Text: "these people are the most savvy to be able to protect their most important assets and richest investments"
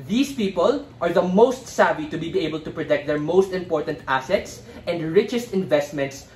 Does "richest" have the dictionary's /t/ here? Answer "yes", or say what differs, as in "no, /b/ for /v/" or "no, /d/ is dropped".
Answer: yes